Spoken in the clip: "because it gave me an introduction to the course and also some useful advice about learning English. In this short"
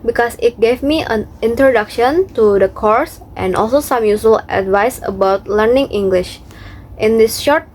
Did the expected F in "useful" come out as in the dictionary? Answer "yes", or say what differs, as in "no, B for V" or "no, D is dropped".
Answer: no, F is dropped